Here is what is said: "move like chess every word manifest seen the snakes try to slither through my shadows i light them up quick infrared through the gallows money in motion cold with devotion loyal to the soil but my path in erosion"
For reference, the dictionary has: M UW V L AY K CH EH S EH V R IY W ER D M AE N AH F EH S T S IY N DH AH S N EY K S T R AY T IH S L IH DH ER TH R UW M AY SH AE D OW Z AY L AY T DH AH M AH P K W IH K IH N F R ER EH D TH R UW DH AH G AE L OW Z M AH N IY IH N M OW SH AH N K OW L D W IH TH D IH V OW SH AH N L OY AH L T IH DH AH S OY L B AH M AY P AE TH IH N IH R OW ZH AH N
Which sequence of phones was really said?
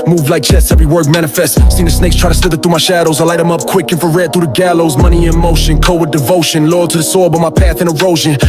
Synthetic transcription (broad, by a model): M UW V L AY K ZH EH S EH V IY W ER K M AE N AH F EH S T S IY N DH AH S N EY K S T R AY T IH S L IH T TH R UW M AY SH AE D OW Z AY L AY T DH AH M AH P K W IH K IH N F ER EH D TH R UW DH AH G AE L OW Z M AH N IY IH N M OW SH AH N K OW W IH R D IH V OW SH AH N L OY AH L T IH DH AH S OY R B AH M AY P AE TH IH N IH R OW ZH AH N